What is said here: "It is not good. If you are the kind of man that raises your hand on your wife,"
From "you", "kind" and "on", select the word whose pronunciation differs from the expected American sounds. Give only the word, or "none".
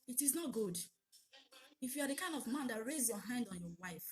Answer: none